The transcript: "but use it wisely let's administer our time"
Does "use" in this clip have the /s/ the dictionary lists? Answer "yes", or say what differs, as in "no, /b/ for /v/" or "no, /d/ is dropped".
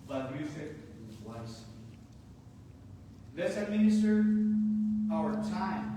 no, /θ/ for /s/